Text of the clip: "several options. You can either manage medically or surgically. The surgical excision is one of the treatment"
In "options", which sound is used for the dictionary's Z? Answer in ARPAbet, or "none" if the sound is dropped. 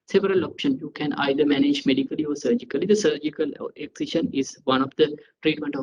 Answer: none